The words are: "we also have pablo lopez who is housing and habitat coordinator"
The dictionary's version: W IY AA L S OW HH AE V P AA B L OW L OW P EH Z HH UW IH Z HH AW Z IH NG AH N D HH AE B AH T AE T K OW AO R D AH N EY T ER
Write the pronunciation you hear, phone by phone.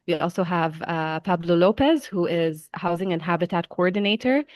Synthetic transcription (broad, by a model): W IY AA L S OW HH AE V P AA B L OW L OW P EH Z HH UW IH Z HH AW Z IH NG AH N HH AE B AH T AE T K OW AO R D N EY T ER